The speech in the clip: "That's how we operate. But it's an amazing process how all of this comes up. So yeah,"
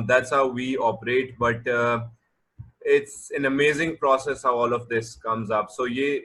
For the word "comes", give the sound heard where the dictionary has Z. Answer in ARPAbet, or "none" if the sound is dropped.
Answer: Z